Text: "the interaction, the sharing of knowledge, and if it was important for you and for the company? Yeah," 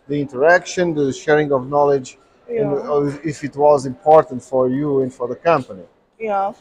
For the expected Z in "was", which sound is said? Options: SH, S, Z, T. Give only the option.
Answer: Z